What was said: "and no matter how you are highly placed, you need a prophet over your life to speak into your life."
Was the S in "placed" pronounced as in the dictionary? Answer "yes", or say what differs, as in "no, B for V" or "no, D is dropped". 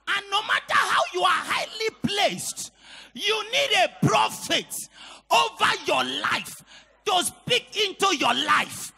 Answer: yes